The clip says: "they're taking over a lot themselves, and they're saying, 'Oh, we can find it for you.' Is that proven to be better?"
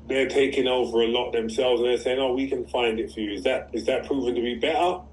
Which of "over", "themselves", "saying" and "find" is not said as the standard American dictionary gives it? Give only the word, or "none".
none